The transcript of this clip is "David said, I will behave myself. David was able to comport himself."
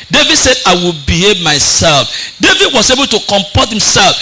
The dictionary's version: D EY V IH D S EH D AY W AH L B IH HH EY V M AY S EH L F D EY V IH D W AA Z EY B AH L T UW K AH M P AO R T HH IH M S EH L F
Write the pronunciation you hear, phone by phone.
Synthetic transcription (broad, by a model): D EY V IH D S EH D AY W AH L B IH HH EY V M AY S EH L F D EY V IH D W AA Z EY B AH L T UW K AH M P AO T HH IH M S EH L F